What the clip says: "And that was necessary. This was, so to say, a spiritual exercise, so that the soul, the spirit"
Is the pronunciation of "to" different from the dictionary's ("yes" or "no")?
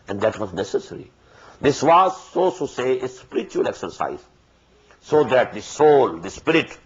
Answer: yes